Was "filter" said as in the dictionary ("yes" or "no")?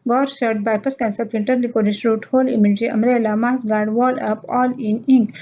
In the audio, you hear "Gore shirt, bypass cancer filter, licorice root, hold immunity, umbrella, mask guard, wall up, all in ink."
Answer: no